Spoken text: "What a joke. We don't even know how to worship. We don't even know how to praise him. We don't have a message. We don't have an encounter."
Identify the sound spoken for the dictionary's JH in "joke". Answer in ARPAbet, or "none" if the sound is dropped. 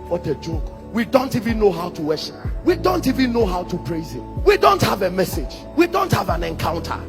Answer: JH